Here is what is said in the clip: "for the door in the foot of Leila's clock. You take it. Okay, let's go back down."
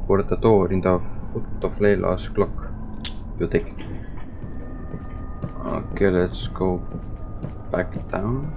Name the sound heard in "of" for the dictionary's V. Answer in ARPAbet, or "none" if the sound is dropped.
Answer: F